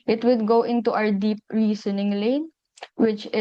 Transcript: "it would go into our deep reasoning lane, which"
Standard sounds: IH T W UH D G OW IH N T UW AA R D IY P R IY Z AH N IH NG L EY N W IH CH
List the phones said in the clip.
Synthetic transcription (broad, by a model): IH T W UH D G OW IH N T UW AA W D IY P R IY S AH N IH NG L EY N W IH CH